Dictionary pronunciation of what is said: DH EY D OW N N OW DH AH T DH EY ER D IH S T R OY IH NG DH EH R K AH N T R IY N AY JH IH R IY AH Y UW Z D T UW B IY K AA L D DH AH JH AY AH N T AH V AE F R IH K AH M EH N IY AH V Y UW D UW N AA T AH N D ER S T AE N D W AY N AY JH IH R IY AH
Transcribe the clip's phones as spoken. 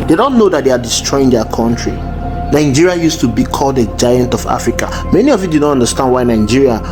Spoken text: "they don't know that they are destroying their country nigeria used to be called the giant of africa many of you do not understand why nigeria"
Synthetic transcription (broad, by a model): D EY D OW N N OW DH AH T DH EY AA D IH S T R OY IH NG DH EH K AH N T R IY N AY JH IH R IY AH Y UW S T UW B IY K AA L D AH JH AY AH N T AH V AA F R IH K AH M EH N IY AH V Y UW D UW N AA T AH N D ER S T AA N D W AY N AY JH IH R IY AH